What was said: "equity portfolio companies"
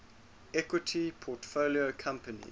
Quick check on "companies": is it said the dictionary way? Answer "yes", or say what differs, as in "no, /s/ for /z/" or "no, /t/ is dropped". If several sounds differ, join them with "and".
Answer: no, /z/ is dropped